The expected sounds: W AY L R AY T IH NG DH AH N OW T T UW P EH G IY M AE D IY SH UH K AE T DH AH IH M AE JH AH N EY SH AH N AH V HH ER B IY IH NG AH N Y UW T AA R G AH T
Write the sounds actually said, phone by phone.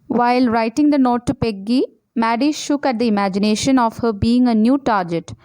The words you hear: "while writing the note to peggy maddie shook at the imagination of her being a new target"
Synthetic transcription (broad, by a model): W AY L R AY T IH NG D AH N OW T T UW P EH G IY M AE D IY SH UH K AE T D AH IH M AE JH AH N EY SH AH N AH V HH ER B IY IH NG AH N Y UW T AA R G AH T